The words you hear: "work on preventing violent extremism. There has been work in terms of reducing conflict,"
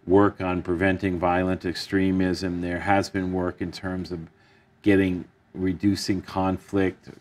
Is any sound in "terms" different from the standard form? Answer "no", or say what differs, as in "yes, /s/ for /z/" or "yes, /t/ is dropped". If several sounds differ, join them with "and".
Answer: no